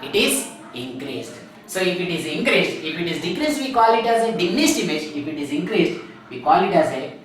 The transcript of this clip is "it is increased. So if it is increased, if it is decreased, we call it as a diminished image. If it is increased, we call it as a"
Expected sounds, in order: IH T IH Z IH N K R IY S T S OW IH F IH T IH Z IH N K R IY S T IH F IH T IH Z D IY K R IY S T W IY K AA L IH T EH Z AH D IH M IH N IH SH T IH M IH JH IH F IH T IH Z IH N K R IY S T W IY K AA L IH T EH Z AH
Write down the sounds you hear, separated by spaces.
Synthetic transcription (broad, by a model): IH T IH Z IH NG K R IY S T S OW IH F IH T IH Z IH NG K R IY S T IH F IH T IH Z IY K R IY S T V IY K AA L IH T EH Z AH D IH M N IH S T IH M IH JH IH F IH T IH Z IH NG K R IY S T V IY K AA L IH T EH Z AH